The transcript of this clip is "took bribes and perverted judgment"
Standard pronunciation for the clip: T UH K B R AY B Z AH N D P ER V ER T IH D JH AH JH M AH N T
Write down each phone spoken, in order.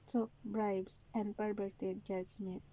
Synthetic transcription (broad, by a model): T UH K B R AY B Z AH N D P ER B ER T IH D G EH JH M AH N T